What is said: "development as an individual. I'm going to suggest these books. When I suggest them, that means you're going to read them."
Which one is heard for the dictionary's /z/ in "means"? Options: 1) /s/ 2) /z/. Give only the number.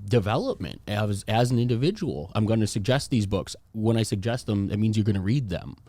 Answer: 2